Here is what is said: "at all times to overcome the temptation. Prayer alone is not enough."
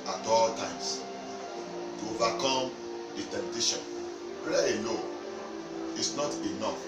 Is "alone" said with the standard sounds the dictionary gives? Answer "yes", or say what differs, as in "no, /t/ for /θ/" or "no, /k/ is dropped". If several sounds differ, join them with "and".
no, /n/ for /l/ and /n/ is dropped